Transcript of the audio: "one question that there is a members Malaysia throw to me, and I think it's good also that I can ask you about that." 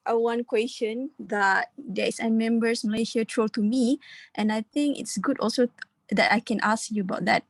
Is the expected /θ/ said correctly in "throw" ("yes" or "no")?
no